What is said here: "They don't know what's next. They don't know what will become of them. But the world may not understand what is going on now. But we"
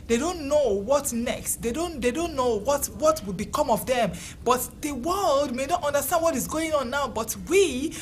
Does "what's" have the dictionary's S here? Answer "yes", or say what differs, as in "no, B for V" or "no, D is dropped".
no, S is dropped